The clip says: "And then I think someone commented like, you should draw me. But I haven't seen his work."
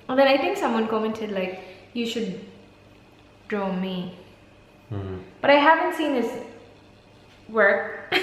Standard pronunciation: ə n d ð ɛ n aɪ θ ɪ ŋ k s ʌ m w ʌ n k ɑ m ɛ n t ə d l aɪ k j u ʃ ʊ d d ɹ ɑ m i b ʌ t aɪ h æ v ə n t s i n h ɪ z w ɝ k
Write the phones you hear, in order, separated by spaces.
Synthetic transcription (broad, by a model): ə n ð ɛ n aɪ θ ɪ ŋ k s ʌ m w ʌ n k ɑ m ɛ n t ə d l aɪ k j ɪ ʃ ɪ d d ɹ ɑ m i b ʌ t aɪ h æ v ə n t s i n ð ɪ s w ɝ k